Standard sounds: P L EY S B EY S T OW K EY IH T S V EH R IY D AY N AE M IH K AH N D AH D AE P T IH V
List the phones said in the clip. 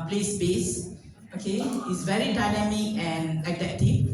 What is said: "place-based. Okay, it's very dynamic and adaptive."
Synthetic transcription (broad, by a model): P L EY S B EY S OW K EY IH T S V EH R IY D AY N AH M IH AH N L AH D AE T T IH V